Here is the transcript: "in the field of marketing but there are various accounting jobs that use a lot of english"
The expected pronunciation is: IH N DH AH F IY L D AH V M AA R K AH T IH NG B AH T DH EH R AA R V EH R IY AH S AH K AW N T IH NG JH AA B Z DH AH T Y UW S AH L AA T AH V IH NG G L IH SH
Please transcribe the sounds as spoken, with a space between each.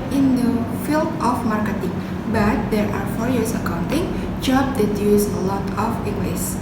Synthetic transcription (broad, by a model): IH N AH F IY L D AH F M AA R K AH T IH NG B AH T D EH R AA R F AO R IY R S AH K AW N T IH NG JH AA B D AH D Y UW S AH L AA T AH F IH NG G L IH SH